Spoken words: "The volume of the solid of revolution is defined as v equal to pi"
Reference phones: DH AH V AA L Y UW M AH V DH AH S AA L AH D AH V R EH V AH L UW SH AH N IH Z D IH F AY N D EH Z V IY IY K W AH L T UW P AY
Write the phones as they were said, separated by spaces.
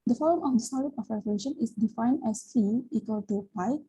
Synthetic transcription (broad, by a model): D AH F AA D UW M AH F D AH S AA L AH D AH F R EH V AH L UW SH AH N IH S D IH F AY N D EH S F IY IY K W AH L T UW P AY